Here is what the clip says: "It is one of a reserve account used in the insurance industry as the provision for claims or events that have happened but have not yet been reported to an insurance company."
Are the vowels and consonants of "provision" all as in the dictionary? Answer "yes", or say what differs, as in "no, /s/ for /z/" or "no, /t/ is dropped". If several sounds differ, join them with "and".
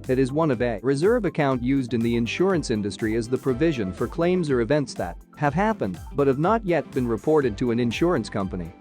yes